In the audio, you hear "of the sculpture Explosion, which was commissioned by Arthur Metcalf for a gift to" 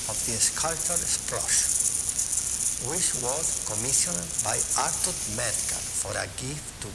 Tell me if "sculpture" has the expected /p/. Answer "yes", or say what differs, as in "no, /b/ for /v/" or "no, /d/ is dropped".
no, /p/ is dropped